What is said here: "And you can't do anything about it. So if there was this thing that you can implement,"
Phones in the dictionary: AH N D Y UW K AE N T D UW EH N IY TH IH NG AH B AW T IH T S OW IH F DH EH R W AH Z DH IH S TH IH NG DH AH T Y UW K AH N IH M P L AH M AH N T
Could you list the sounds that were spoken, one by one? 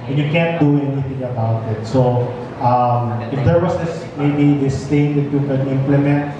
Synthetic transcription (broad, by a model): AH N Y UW K AE N T D UW EH N IY TH IH NG AH B AW T IH T S OW IH F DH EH R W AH S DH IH S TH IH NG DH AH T Y UW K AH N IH M P L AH M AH N T